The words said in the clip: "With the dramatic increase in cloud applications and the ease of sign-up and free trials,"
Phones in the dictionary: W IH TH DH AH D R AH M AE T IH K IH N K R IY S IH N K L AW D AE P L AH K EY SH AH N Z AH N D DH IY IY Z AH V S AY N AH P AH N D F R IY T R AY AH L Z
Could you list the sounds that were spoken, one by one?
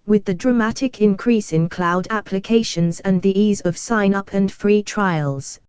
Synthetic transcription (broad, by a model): W IH DH AH D R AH M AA T IH K IH N K R IY S IH N K L AW D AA P L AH K EY SH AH N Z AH N DH IY IY Z AH V S AY N AH P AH N F R IY T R AY AH L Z